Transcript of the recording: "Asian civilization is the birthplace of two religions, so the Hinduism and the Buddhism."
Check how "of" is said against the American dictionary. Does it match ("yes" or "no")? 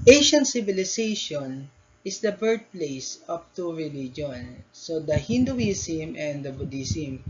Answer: no